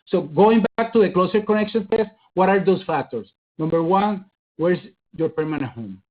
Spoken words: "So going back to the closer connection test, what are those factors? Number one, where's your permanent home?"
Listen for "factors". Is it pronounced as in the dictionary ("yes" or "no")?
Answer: no